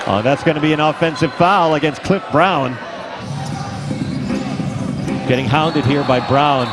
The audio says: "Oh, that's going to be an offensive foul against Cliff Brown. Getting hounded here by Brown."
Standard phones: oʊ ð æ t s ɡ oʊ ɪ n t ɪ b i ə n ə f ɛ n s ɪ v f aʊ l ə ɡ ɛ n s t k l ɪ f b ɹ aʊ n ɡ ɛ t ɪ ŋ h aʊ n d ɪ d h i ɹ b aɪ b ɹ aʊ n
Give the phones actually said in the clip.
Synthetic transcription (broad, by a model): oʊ ð æ t s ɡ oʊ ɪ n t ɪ b i ə n ə f ɛ n s ɪ v f aʊ l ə ɡ ɛ n s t k l ɪ f b ɹ aʊ n ɡ ɛ t ɪ ŋ h aʊ n d ɪ d h i ɹ b aɪ b ɹ aʊ n